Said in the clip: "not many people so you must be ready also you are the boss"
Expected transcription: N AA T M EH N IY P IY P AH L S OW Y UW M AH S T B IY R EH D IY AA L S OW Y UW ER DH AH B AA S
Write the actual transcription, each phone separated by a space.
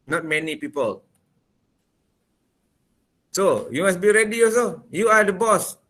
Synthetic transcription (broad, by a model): N AA T M EH N IY P IY P AH L S OW Y UW M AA S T B IY R EH D IY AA S OW Y UW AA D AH B AA S